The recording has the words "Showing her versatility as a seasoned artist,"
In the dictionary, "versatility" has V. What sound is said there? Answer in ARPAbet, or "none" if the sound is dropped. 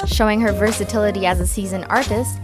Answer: V